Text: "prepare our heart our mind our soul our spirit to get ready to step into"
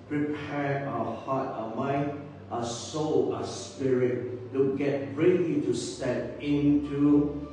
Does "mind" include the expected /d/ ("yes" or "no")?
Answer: no